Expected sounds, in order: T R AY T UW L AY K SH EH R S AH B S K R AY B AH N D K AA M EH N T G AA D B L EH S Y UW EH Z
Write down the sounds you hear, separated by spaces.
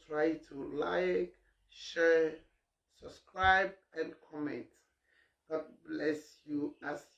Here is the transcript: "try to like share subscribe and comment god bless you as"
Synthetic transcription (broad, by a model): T R AY T UW L AY K SH EH R S AH B S K R AY B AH N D K AA M EH N T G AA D B L EH S Y UW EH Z